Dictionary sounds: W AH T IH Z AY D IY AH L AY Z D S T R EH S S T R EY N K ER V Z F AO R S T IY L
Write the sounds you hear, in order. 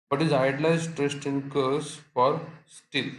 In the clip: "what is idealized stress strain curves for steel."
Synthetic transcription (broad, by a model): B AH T IH Z AY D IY L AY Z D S T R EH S S T IH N K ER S F AO R S T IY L